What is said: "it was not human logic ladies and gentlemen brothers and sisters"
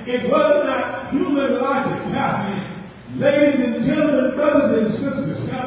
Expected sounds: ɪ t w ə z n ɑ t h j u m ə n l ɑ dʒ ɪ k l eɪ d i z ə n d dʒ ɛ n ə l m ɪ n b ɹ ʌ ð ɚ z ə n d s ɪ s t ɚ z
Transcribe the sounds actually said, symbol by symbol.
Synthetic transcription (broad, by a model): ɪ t w ə z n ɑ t h j u m ə n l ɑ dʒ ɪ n l eɪ d i z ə n dʒ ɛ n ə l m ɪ n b ɹ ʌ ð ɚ z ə n s ɪ s t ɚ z